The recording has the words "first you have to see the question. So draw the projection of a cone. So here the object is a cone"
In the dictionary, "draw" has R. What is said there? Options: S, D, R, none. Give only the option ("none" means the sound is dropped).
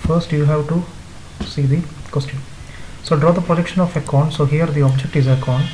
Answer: R